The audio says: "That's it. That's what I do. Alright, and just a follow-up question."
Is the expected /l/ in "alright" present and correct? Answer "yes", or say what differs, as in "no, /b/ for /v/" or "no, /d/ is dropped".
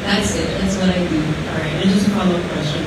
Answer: no, /l/ is dropped